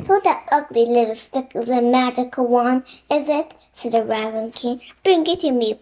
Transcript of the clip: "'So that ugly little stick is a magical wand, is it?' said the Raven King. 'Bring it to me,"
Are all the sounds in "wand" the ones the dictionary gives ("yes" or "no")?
no